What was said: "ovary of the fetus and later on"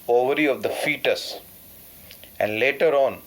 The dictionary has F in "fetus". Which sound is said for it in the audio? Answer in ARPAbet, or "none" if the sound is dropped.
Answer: F